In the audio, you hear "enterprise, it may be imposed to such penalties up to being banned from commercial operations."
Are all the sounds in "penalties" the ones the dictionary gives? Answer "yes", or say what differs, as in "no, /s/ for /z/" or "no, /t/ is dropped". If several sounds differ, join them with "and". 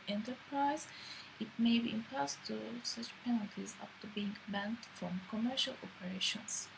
yes